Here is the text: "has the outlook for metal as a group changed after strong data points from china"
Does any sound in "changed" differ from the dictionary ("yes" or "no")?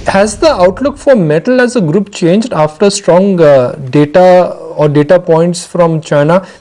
no